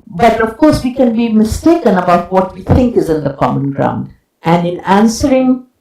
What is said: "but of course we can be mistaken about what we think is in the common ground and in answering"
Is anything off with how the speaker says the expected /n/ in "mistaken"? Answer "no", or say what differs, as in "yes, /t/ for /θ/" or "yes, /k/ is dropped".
no